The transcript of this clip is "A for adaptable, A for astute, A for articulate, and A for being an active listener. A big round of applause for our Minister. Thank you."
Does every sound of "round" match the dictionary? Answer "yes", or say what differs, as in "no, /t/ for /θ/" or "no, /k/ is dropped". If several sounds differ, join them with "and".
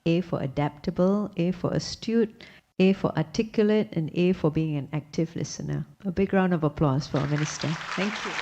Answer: yes